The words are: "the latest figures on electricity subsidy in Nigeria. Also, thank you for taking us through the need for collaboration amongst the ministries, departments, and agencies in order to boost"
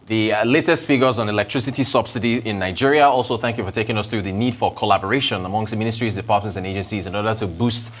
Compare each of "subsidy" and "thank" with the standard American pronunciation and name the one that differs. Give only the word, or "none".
none